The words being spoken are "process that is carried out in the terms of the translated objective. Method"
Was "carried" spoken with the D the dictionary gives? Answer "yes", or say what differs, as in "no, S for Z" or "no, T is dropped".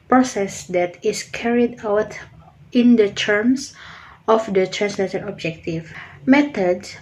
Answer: yes